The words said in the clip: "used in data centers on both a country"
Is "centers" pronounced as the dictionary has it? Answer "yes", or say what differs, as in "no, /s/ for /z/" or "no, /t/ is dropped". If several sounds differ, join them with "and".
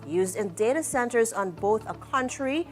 yes